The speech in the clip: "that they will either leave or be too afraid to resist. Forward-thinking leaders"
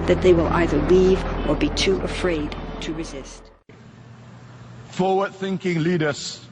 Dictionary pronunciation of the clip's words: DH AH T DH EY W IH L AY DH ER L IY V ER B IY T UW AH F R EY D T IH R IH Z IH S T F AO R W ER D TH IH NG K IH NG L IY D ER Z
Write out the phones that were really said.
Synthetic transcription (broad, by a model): DH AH T DH EY W IH L AY DH ER L IY V ER B IY T UW AH F R EY D T IH R IH Z IH S T F AO W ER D TH IH NG K IH NG L IY D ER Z